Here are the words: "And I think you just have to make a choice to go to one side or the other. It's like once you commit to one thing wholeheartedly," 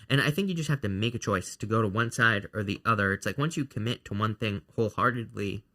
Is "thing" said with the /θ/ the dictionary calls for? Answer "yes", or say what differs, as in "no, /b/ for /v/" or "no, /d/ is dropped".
yes